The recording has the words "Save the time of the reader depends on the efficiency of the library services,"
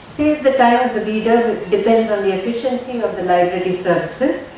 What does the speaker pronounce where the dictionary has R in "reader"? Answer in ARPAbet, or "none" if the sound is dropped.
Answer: L